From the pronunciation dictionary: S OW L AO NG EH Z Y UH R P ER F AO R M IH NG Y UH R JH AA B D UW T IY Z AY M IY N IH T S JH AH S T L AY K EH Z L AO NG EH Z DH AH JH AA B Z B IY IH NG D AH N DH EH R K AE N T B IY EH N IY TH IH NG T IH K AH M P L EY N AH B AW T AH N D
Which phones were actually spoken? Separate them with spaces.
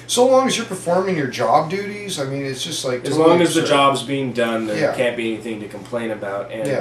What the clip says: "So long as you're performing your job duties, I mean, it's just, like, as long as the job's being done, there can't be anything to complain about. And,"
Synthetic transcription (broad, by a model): S OW L AO NG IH Z Y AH R P ER F AO R M IH NG Y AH R JH AA B D UW T IY Z AY M IY N IH T S JH AH S T L AY K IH Z L AO NG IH Z DH AH JH AA B Z B IY IH NG D AH N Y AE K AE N B IY EH N IY TH IH NG T IH K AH M P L EY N AH B AW T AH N